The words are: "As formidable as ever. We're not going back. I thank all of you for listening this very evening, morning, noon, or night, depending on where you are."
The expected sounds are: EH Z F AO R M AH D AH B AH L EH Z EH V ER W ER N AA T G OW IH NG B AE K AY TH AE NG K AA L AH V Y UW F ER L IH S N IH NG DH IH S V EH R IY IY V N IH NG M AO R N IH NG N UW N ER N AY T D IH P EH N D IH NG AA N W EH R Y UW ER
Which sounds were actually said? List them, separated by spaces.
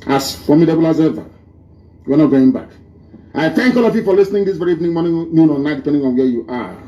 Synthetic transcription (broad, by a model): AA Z F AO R M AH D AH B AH L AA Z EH V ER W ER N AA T G OW IH NG B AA K AY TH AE NG K AA L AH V Y UW F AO L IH S N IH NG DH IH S V EH R IY IY V N IH NG M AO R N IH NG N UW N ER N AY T D IH P EH N D IH NG AA N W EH Y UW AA